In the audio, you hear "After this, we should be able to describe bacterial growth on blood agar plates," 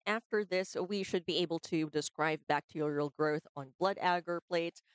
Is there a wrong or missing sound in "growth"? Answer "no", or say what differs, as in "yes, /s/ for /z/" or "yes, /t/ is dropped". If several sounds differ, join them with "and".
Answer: no